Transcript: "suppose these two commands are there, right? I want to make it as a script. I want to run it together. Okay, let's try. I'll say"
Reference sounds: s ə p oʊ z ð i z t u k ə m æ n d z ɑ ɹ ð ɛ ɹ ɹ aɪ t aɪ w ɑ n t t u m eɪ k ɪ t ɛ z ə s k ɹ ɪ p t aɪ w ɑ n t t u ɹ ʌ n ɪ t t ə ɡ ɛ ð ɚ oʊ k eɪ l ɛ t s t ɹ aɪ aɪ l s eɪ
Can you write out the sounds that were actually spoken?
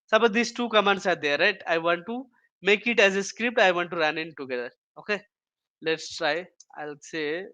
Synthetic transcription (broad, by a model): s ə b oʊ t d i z t u k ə m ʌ n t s ɑ ɹ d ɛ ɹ ɹ aɪ t aɪ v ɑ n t t u m eɪ k ɪ t ɛ z ə s k ɹ ɪ p t aɪ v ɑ n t t u ɹ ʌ n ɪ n t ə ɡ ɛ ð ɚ oʊ k eɪ l ɛ t s t ɹ aɪ aɪ l s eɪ